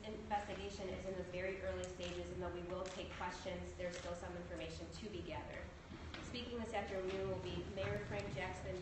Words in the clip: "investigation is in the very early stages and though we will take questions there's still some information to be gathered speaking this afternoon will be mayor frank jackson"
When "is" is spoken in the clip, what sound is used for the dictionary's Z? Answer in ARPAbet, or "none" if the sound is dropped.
Z